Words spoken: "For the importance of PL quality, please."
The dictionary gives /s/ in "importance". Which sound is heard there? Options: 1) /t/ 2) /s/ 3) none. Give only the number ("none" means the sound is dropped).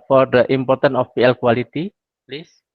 3